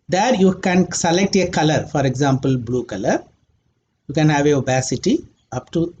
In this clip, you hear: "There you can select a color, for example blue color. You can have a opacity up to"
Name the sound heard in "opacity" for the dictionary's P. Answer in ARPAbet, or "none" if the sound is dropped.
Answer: B